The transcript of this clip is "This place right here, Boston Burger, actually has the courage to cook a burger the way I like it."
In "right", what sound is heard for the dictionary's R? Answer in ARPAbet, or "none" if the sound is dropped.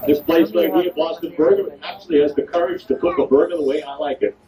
W